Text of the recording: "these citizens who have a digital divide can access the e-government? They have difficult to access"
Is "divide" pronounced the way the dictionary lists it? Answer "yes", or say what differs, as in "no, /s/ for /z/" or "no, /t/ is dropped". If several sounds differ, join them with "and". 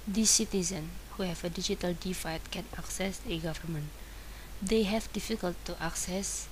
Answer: no, /f/ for /v/